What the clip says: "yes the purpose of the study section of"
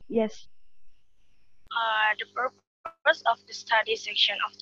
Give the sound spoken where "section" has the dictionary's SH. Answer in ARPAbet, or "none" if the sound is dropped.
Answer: SH